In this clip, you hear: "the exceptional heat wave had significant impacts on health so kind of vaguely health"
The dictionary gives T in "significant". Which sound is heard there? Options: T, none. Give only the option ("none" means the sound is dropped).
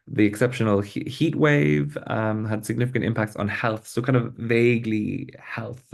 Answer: T